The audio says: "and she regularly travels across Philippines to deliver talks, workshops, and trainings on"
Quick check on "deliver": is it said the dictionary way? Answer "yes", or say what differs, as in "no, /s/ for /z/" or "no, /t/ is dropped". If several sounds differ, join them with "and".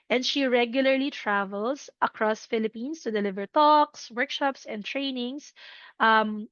yes